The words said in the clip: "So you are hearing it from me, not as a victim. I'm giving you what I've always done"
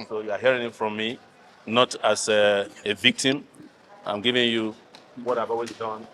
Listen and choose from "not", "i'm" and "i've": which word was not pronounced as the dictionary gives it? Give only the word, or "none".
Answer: i've